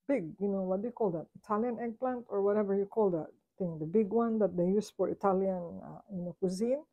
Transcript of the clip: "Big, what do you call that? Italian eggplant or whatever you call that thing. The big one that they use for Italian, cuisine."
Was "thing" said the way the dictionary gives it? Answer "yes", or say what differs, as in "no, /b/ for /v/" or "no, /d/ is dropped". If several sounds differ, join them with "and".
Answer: no, /t/ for /θ/